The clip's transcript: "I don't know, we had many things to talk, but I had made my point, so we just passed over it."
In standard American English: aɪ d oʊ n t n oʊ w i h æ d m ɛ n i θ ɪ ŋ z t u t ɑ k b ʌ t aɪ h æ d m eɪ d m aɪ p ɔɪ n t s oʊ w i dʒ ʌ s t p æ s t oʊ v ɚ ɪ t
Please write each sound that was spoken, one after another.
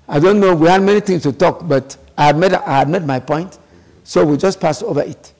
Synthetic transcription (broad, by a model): aɪ d oʊ n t n oʊ w i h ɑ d m ɛ n i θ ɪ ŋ s t u t ɑ k b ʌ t aɪ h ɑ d m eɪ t m aɪ p ɔɪ n t s oʊ w i dʒ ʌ s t p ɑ s oʊ v ɚ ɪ t